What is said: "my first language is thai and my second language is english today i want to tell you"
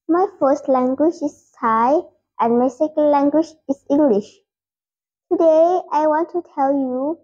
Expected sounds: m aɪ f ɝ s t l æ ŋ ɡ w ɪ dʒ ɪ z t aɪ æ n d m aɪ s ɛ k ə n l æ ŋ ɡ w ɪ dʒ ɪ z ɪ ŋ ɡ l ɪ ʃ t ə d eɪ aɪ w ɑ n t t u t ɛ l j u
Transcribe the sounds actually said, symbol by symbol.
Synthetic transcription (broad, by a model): m aɪ f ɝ s t l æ ŋ ɡ w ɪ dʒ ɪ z aɪ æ n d m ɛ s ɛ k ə l l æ ŋ ɡ w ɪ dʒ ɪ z ɪ ŋ ɡ l ɪ ʃ t ə d eɪ aɪ w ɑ n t t u t ɛ l j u